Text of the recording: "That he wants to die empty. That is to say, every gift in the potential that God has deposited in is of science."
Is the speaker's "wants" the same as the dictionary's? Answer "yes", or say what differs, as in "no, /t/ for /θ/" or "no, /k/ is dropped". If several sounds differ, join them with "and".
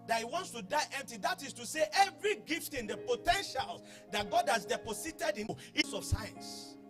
yes